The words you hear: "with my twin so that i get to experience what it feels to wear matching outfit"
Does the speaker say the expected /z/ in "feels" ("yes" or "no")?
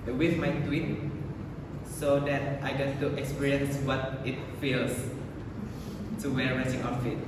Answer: no